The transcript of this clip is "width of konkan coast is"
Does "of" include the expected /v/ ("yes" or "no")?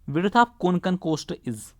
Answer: no